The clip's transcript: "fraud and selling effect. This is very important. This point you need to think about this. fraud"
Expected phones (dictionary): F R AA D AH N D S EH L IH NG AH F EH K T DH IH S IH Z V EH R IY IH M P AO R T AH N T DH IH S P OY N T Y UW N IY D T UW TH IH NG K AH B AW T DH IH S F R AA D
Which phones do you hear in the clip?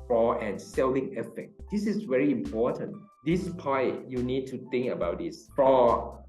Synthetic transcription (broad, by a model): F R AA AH N S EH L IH NG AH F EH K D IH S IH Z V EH R IY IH M P AO T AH N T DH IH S P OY T Y UW N IY D T UW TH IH NG K AH B AW T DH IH S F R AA